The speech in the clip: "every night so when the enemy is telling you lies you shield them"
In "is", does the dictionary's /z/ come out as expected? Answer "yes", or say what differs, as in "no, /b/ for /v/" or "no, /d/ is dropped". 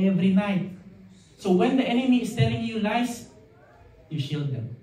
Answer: no, /s/ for /z/